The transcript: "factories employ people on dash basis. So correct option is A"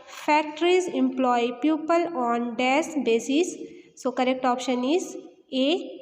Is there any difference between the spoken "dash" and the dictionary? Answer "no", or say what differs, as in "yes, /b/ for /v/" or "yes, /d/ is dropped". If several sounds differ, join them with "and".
yes, /s/ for /ʃ/